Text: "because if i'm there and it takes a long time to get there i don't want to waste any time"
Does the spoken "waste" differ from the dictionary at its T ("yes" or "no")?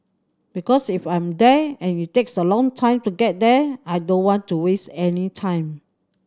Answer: no